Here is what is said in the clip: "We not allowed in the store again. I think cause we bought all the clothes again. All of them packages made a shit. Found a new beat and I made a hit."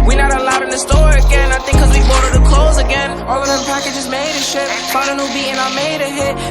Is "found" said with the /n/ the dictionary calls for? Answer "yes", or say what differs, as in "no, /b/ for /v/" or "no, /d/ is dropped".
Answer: no, /n/ is dropped